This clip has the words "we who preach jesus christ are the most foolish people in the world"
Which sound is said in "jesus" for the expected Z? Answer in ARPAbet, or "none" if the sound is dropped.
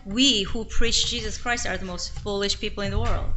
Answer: Z